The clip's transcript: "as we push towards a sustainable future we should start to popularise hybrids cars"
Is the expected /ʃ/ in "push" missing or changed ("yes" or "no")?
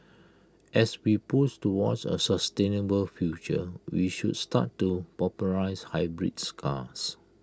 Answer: yes